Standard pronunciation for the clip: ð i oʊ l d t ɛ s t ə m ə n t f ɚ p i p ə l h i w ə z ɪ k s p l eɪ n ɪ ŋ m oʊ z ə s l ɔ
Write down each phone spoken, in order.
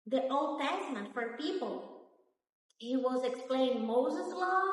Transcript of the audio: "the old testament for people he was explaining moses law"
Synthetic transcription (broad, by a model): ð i oʊ l d t ɛ s t ə m ə n t f ɚ p i p ə l h i w ə z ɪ k s p l eɪ ɪ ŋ m oʊ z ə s l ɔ